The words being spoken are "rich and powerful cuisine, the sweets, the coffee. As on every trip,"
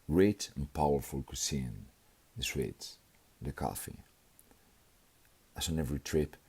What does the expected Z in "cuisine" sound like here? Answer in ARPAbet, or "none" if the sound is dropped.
S